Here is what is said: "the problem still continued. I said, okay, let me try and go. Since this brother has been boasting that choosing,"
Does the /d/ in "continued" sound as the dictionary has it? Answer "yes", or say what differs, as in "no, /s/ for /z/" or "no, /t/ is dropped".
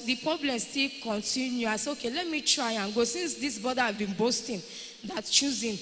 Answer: no, /d/ is dropped